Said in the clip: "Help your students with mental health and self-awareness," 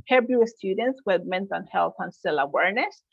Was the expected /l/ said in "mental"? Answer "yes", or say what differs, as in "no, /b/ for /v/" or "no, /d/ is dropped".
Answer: no, /n/ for /l/